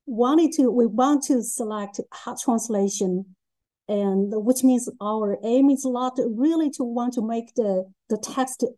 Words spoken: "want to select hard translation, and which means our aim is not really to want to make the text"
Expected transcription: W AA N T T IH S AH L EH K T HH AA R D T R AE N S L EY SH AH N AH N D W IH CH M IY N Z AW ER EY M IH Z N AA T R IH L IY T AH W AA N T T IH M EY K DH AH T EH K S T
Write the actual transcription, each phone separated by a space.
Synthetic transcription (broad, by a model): W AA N T T IH S AH L EH K T HH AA T R AE N S L EY SH AH N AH N W IH CH M IY N Z AW ER EY M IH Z L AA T R IH L IY T AH W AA N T T IH M EY K DH AH T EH K S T